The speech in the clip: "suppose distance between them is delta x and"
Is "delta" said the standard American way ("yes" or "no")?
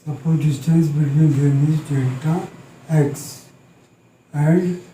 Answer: no